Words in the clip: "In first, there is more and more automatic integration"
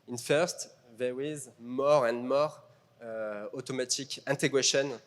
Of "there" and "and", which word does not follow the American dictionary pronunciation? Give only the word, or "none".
there